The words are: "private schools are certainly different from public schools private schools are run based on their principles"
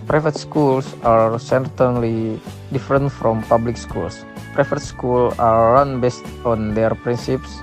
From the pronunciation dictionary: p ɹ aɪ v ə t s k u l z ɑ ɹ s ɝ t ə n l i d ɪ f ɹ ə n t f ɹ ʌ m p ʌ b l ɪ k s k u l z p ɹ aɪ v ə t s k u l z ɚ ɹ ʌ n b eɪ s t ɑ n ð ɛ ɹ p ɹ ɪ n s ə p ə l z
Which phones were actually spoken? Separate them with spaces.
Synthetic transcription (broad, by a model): p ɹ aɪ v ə t s k u l s ɑ ɹ s ɝ t ə n l i d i f ɹ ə n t f ɹ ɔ m p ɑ b l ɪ k s k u l s p ɹ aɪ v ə t s k u l ɑ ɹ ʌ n b eɪ s t ɑ n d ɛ ɹ p ɹ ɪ n s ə p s